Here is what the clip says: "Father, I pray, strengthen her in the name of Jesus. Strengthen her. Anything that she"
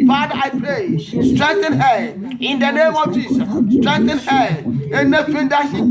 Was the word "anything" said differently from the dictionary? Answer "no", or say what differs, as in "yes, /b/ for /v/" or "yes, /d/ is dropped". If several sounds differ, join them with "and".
yes, /f/ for /θ/